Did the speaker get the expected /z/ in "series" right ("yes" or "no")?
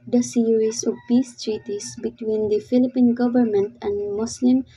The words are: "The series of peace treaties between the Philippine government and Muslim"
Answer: no